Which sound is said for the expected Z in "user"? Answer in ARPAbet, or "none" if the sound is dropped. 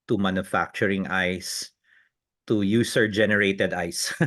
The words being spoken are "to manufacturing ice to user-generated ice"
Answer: S